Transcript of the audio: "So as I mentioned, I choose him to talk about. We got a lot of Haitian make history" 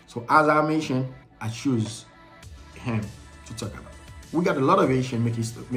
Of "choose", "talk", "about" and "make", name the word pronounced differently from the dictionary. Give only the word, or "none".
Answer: none